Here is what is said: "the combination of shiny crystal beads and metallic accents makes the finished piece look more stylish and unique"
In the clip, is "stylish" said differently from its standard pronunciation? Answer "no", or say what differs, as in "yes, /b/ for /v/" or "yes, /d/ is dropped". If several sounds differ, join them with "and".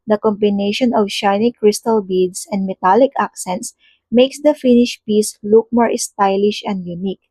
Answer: no